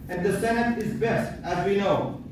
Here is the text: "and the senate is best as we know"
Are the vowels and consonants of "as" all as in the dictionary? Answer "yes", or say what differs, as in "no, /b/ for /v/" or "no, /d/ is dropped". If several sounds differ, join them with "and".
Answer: yes